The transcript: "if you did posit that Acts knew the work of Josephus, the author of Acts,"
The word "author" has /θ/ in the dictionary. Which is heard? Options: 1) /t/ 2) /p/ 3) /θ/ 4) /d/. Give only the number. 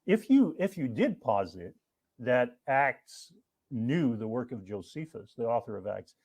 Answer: 3